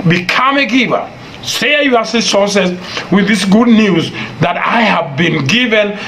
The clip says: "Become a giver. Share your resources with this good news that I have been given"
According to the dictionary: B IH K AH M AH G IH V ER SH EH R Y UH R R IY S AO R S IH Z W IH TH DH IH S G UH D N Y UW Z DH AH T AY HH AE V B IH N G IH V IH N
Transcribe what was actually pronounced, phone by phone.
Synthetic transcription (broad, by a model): B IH K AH M AH G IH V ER S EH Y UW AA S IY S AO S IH S W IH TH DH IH S G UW D N Y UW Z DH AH T AY HH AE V B IH N G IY V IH N